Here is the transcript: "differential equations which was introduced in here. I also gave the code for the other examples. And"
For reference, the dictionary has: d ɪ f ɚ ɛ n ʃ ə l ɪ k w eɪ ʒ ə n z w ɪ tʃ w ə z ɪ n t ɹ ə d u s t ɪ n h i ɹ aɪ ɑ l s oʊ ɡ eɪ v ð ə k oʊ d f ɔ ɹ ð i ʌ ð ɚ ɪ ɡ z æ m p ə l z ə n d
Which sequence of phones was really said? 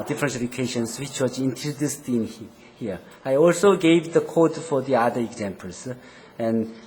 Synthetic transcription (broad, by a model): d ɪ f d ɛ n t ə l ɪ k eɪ ʃ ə n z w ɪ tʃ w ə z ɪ n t ə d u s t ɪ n h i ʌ aɪ ɑ l s oʊ ɡ eɪ v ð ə k oʊ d f ɔ ɹ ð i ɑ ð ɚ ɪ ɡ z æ m p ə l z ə n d